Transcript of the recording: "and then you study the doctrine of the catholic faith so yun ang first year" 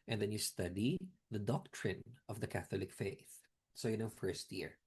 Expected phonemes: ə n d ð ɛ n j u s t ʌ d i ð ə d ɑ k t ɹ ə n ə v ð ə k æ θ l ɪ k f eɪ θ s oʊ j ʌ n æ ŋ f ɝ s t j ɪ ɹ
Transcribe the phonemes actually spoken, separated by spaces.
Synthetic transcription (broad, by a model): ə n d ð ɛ n j u s t ʌ d i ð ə d ɑ k t ɹ ə n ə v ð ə k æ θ l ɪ k f eɪ θ s oʊ j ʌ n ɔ f ɝ s t j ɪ ɹ